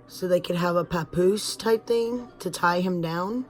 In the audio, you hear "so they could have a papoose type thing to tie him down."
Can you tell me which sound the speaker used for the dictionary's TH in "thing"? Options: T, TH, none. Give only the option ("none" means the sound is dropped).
TH